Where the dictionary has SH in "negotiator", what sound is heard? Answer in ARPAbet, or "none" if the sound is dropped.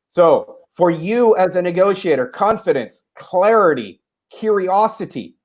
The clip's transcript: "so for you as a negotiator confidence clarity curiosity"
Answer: SH